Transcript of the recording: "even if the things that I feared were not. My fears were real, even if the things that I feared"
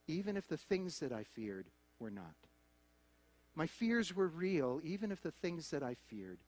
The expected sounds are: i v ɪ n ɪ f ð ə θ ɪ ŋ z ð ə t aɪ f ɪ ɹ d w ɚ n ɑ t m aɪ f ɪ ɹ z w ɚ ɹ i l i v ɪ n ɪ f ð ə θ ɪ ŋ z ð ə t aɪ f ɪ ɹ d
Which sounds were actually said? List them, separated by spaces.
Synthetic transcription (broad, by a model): i v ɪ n ɪ f ð ə θ ɪ ŋ z ð ə t aɪ f ɪ ɹ d w ɚ n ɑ t m aɪ f ɪ ɹ z w ɚ ɹ i l i v ɪ n ɪ f ð ə θ ɪ ŋ z ð ə t aɪ f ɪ ɹ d